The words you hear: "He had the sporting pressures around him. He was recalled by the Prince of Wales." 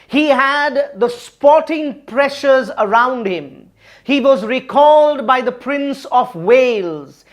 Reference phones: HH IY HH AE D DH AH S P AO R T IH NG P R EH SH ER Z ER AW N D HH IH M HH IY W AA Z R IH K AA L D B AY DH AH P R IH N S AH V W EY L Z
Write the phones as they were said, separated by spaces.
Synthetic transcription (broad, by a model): HH IY HH AE D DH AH S P AO T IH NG P R EH SH ER Z ER AW N D HH IH M HH IY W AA Z R IH K AA L D B AY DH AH P R IH N S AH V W EY L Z